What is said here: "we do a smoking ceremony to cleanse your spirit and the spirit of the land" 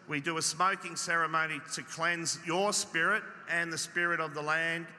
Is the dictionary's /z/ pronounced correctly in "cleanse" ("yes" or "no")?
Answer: yes